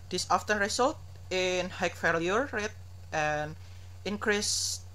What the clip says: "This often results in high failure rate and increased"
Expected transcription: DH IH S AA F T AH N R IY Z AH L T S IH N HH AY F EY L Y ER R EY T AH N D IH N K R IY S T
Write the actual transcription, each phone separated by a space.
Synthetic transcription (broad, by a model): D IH S AA F T AH N R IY S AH L T IH N HH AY F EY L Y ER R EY T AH N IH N K R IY S